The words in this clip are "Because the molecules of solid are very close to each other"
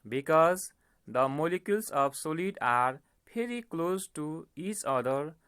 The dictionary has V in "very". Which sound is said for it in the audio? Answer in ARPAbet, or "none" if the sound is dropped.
P